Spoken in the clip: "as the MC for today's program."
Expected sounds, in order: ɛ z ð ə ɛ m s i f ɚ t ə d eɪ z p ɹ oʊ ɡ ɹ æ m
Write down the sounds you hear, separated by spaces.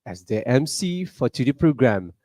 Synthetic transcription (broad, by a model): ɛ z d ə ɛ m s i f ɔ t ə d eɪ p ɹ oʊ ɡ ɹ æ m